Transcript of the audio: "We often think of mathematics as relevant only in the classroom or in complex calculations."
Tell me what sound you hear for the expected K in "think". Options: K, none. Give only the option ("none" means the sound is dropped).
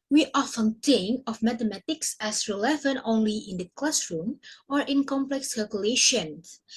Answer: none